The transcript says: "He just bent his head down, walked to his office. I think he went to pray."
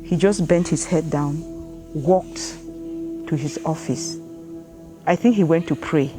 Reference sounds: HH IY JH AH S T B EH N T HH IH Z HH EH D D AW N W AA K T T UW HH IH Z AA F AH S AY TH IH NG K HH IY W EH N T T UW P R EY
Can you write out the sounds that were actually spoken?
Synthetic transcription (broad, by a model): HH IY JH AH S B EH N T HH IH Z HH EH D D AW N W AA K T T UW HH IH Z AA F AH S AY TH IH NG K HH IY W EH N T T UW P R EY